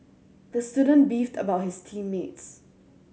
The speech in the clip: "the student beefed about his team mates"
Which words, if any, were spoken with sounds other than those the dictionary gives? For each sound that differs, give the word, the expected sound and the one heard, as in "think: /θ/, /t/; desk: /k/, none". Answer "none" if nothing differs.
none